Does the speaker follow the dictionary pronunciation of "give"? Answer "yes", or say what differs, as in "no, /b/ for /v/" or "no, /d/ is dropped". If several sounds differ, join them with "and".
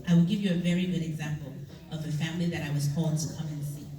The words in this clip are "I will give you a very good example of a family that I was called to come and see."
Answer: yes